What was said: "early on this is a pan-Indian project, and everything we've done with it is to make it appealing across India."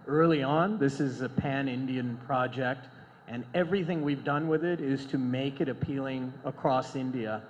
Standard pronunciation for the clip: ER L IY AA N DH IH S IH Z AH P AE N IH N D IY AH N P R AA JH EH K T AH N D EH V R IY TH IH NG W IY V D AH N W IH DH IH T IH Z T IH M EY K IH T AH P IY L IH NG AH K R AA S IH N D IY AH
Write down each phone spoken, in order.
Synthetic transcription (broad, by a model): ER L IY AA N DH IH S IH Z AH P AE N IH N D IY AH N P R AA JH EH K T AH N EH V R IY TH IH NG W IY V D AH N W IH DH IH T IH Z T IH M EY K IH T AH P IY L IH NG AH K R AA S IH N D IY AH